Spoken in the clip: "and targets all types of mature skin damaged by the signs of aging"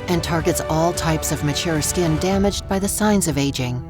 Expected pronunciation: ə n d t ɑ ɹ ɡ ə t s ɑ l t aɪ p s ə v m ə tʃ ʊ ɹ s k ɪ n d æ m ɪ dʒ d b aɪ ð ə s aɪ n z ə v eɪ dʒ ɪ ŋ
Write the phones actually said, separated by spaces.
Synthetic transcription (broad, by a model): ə n t ɑ ɹ ɡ ə t s ɑ l t aɪ p s ə v m ə tʃ ʊ ɹ s k ɪ n d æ m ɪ dʒ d b aɪ ð ə s aɪ n z ə v eɪ dʒ ɪ ŋ